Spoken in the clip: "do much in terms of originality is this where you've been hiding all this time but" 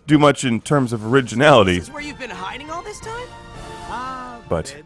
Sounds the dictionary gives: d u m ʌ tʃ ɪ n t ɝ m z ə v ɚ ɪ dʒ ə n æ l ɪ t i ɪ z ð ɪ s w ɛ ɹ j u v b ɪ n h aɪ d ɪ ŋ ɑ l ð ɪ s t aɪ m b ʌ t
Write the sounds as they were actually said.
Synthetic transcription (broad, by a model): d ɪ m ʌ tʃ ɪ n t ɝ m z ə v ɚ ɪ dʒ ə n æ l ɪ t i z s w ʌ ɹ j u v b ɪ n h aɪ d ɪ ŋ ɑ l ð ɪ s t aɪ m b ʌ t